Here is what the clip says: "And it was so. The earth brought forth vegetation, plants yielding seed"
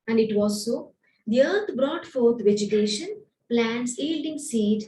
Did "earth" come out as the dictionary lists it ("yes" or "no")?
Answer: no